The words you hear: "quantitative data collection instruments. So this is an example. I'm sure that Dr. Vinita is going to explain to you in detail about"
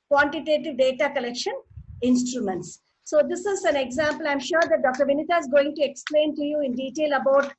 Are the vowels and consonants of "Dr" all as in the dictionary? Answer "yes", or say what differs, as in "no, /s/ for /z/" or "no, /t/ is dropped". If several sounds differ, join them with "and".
yes